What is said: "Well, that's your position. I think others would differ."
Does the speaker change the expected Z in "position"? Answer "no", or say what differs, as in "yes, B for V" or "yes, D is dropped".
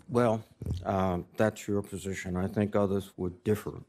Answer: no